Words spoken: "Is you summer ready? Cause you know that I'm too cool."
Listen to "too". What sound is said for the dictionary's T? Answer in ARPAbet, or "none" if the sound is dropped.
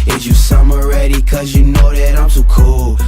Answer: S